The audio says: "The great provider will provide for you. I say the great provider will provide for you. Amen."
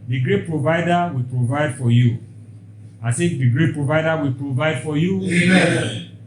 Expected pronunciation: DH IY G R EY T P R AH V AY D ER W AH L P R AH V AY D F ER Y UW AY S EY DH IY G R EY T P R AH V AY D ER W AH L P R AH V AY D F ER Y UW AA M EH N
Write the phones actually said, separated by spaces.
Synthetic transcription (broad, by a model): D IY G R EY T P R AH V AY D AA W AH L P R AH V AY D F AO Y UW AY TH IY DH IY G R EY T P R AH V AY D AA W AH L P R AH V AY D F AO Y UW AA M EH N